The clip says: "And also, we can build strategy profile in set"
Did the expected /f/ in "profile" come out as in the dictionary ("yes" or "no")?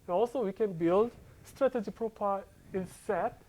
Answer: no